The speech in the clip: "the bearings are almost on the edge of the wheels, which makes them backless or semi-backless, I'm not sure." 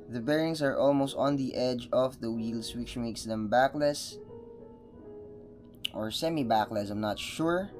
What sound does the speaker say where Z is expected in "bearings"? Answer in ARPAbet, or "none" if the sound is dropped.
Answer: S